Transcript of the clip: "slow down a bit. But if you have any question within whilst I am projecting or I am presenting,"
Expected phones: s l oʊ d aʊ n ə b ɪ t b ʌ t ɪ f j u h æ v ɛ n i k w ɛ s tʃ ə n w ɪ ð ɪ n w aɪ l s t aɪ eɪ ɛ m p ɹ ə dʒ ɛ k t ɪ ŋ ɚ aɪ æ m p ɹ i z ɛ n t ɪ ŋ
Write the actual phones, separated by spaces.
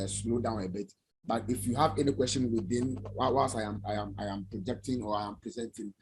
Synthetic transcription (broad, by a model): s l oʊ d aʊ n ə b ɪ t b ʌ t ɪ f j u h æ v ɛ n i k w ɛ s tʃ ə n w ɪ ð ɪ n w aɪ w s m aɪ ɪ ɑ m p ɹ ə dʒ ɛ k t ɪ ŋ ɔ aɪ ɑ m p ɹ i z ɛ n t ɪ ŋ